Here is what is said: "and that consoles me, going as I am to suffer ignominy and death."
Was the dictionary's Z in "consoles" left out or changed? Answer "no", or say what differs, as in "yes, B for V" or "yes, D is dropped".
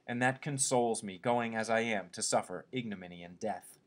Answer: no